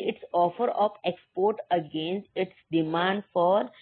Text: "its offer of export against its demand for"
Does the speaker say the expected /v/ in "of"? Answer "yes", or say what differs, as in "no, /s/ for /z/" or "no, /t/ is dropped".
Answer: no, /p/ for /v/